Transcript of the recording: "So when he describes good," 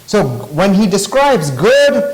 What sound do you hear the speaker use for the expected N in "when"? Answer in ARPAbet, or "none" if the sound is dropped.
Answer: N